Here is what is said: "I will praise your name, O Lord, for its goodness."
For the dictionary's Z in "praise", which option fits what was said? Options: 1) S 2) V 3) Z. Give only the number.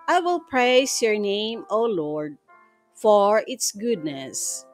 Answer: 1